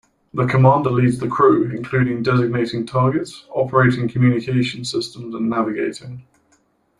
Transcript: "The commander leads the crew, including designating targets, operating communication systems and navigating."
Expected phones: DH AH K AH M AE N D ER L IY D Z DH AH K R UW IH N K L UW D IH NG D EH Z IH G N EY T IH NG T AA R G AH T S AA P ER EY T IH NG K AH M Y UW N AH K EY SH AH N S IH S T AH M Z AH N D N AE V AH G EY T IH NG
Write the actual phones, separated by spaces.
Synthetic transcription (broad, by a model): DH AH K AH M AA N D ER L IY D Z DH AH K R UW IH N K L UW D IH NG D EH Z IH G N EY T IH NG T AA G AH T S AA P ER EY T IH NG K AH M Y UW N AH K EY SH AH N S IH S T AH M Z AH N N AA V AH G EY T IH NG